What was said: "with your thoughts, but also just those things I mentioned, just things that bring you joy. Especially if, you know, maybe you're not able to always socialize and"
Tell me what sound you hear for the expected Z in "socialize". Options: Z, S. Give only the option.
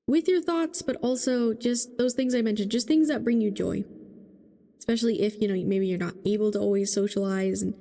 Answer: Z